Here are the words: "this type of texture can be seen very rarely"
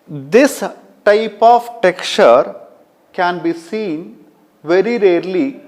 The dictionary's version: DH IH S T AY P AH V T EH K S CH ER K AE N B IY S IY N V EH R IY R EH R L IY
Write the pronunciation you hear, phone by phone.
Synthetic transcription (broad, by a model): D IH S T AY P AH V T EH K CH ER K AE N B IY S IY N V EH R IY R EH R L IY